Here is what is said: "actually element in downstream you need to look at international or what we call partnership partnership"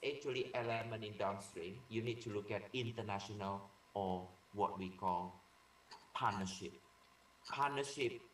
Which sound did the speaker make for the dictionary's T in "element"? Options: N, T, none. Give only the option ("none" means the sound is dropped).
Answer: none